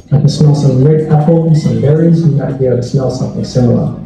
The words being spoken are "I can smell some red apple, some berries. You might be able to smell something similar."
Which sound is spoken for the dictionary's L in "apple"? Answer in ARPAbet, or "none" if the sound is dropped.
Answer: N